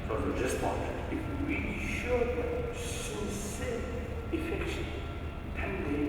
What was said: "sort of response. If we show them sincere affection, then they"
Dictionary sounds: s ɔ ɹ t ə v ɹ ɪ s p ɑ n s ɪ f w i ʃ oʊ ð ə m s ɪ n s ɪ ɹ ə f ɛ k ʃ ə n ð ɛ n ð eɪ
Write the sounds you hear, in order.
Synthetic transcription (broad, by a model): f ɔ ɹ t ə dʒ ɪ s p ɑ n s ɪ f w i ʃ oʊ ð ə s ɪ s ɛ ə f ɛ k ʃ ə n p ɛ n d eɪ